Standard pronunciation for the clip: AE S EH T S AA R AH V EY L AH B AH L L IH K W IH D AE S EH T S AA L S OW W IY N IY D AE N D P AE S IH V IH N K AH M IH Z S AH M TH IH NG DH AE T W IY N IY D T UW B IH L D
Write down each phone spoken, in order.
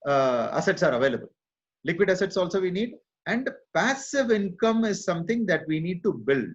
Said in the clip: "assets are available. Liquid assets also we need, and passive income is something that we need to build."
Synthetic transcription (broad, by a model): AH S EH T S AA R AH V EY L AH B AH L L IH K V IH D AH S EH T S AA L S OW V IY N IY D AE N D P AE S IH V IH N K AH M IH Z S AH M T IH NG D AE T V IY N IY D T UW B IH L D